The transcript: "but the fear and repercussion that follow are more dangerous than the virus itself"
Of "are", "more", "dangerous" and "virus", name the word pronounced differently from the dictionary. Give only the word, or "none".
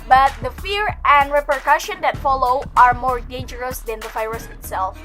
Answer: virus